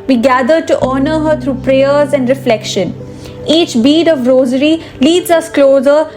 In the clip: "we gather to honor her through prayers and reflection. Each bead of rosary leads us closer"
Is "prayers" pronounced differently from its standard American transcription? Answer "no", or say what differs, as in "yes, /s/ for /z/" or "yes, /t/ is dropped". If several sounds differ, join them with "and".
no